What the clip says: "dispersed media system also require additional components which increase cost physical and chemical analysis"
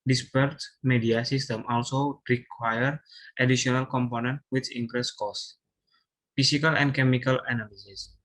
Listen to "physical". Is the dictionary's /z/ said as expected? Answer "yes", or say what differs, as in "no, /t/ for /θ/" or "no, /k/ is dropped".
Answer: no, /s/ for /z/